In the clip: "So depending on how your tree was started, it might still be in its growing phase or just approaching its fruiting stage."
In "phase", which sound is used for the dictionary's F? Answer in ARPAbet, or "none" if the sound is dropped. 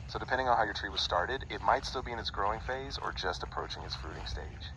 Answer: F